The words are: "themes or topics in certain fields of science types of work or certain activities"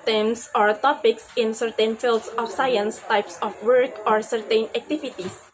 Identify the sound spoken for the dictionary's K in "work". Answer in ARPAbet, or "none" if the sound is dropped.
K